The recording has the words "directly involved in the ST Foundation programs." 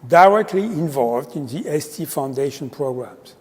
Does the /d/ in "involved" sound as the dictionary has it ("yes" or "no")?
yes